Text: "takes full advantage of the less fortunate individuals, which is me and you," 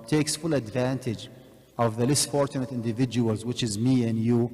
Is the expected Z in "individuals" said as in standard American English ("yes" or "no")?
yes